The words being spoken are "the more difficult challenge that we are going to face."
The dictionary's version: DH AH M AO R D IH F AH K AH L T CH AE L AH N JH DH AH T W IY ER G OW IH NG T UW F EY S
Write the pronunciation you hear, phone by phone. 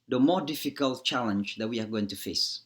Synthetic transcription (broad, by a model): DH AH M AO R D IH F AH K AH L T CH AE L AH N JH DH AH T W IY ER G OW IH NG T UW F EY S